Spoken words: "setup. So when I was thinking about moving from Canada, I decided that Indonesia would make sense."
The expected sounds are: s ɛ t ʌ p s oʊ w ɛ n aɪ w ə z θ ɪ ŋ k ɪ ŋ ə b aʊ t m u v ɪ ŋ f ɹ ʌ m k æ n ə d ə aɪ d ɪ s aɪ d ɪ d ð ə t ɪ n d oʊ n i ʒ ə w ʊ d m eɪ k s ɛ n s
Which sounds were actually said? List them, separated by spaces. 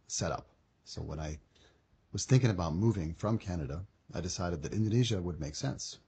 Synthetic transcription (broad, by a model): s ɛ t ʌ p s oʊ w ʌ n aɪ w ə z θ ɪ ŋ k ɪ ŋ ə b aʊ t m u v ɪ ŋ f ɹ ʌ m k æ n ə d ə aɪ d ɪ s aɪ d ɪ d ð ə t ɪ n d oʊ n i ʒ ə w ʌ d m eɪ k s ɛ n s